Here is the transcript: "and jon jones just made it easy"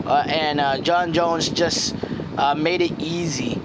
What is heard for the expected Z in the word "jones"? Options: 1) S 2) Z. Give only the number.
2